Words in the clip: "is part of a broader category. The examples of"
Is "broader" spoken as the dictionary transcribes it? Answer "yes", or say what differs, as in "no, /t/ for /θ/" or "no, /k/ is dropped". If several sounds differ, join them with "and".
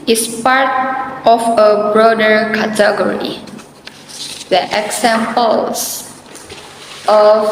yes